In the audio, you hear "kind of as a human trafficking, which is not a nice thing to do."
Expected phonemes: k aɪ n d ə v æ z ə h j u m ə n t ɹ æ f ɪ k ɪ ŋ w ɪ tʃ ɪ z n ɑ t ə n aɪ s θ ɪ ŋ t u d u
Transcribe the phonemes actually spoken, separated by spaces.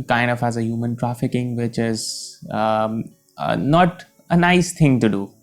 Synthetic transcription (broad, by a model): k aɪ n d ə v æ z ə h j u m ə n t ɹ æ f ɪ k ɪ ŋ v ɪ tʃ ɪ z n ɑ t ə n aɪ s t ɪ ŋ t u d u